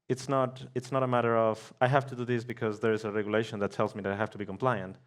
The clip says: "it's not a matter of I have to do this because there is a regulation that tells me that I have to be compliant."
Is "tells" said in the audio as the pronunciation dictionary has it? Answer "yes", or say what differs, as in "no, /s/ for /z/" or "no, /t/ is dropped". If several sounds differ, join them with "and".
yes